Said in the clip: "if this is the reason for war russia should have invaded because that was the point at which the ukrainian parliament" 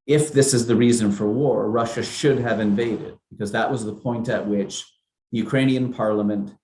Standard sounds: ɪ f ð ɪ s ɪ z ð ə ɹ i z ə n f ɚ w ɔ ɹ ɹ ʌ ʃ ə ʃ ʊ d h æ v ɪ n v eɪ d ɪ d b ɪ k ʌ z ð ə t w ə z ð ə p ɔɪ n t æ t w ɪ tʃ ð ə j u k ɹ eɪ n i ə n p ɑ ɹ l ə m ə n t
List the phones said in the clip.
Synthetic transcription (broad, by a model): ɪ f ð ɪ s ɪ z ð ə ɹ i z ə n f ɚ w ɔ ɹ ɹ ʌ ʃ ə ʃ ʊ d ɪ v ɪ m v eɪ d ɪ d b ɪ k ʌ z ð ə t w ə z ð ə p ɔɪ n t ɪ t w ɪ tʃ ð ə j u k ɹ eɪ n i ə n p ɑ ɹ l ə m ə n t